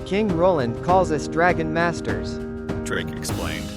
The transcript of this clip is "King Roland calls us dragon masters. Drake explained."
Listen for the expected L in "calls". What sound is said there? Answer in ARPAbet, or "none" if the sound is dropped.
L